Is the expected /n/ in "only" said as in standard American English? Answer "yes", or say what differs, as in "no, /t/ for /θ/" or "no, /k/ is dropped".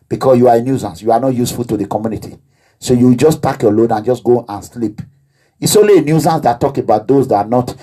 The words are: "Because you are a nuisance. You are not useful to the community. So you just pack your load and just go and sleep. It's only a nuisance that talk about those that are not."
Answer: no, /n/ is dropped